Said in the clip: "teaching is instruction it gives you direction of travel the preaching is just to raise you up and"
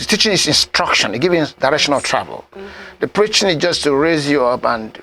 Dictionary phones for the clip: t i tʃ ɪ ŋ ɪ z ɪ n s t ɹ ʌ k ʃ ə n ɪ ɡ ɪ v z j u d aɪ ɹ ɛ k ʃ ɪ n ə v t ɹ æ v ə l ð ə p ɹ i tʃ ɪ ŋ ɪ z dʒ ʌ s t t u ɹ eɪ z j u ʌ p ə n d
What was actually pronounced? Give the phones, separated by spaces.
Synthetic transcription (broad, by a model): t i tʃ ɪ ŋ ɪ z ɪ n s t ɹ ʌ k ʃ ə n ɪ ɡ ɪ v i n d aɪ ɹ ɛ k ʃ ɪ n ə t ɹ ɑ v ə l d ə p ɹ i tʃ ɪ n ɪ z dʒ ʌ s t t u ɹ eɪ z j u ʌ p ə n